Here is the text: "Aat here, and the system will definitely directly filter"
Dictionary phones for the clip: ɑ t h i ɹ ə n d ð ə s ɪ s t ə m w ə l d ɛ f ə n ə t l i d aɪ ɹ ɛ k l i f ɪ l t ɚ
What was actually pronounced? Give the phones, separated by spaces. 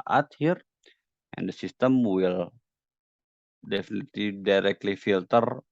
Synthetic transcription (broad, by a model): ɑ t h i ɹ ə n d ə s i s t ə m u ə l d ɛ f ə n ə t i d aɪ ɹ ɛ k l i f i l t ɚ